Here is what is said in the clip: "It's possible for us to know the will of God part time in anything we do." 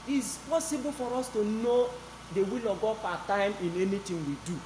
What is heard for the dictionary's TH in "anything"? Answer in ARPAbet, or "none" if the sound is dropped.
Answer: T